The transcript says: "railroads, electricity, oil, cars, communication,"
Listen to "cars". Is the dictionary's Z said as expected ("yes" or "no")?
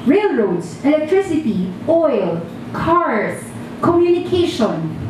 no